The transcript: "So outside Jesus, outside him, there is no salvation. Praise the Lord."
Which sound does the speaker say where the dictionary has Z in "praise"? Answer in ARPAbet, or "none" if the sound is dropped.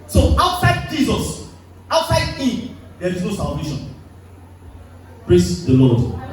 S